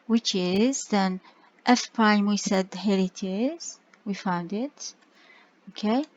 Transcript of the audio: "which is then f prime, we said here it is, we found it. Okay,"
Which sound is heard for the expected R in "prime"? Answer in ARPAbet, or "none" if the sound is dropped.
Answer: none